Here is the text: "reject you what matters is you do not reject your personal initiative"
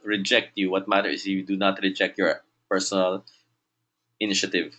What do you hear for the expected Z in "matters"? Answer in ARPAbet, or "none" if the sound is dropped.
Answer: none